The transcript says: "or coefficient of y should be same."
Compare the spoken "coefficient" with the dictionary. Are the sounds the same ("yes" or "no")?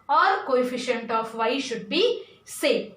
yes